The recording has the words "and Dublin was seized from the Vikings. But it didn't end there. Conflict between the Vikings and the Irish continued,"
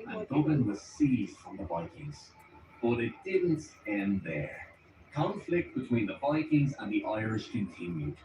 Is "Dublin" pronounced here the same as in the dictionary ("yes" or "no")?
no